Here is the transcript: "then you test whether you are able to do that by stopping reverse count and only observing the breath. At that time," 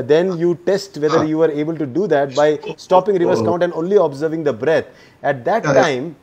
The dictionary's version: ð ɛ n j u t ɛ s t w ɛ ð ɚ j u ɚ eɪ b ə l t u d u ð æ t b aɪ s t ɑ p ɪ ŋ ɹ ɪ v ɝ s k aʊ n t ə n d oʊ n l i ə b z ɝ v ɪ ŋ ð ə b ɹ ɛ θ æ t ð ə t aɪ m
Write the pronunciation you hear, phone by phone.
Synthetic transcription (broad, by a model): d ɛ n j u t ɛ s t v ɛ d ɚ j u ɚ eɪ b ə l t u d u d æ t b aɪ s t ɑ p ɪ ŋ ɹ ɪ v ɝ s k aʊ n t ə n d oʊ n l i ə b z ɝ v ɪ ŋ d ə b ɹ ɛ t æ t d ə t aɪ m